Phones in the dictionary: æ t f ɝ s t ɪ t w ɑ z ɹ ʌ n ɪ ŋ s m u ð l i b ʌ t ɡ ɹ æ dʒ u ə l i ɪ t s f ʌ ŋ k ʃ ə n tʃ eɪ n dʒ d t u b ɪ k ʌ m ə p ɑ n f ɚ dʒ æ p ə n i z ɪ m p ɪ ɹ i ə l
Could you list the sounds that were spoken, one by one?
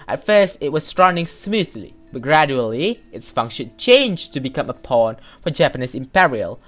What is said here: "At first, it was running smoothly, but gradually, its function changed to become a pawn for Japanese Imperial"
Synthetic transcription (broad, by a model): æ t f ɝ s t ɪ t w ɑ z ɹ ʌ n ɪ ŋ s m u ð l i b ʌ t ɡ ɹ æ dʒ u ə l i ɪ t s f ʌ ŋ k ʃ ə n tʃ eɪ n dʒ t u b ɪ k ʌ m ə p ɑ n f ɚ dʒ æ p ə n i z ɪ m p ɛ ɹ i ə l